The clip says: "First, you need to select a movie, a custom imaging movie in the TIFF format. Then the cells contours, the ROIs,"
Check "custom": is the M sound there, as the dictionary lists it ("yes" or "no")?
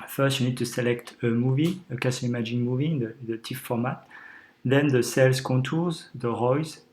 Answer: no